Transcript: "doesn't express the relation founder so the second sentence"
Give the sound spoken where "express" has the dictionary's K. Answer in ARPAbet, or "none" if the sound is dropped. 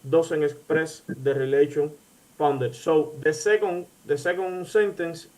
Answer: none